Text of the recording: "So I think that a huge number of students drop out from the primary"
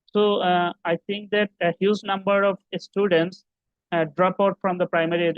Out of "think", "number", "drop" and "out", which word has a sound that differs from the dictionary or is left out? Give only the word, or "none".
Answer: think